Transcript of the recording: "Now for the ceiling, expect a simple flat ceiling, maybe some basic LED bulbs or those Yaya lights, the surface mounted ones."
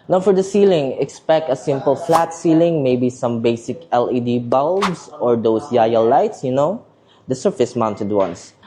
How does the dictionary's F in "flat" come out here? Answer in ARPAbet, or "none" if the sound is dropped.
F